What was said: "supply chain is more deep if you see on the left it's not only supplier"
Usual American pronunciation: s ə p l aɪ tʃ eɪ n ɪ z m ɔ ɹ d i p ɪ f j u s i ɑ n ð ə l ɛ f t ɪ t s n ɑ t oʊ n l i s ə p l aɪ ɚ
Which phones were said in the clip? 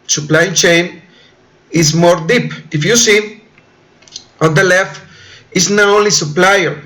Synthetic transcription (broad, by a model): s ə p l aɪ tʃ eɪ n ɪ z m ɔ ɹ d i p ɪ f j u s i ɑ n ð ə l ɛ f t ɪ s n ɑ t oʊ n l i s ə p l aɪ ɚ